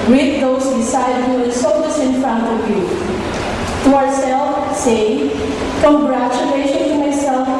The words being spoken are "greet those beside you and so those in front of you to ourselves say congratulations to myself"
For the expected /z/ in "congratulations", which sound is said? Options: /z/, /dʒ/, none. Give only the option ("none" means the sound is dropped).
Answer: none